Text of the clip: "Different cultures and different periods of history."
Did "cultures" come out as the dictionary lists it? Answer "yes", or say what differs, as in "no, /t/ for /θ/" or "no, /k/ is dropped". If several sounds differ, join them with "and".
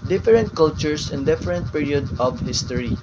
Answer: no, /s/ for /z/